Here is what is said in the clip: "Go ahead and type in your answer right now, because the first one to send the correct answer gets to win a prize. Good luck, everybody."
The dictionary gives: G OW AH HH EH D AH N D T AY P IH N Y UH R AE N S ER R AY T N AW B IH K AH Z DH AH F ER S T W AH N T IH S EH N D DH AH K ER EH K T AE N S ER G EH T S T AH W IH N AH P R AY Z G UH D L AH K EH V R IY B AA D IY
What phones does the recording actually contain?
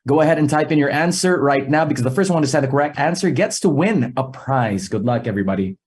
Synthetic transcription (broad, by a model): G OW AH HH EH D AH N T AY P IH N Y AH R AE N S ER R AY T N AW B IH K AH Z DH AH F ER S T W AH N T IH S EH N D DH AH K ER EH K T AE N S ER G EH T S T AH W IH N AH P R AY Z G UH D L AH K EH V R IY B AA D IY